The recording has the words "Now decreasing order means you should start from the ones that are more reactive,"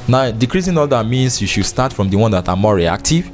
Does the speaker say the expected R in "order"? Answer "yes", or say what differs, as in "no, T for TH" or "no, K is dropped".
no, L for R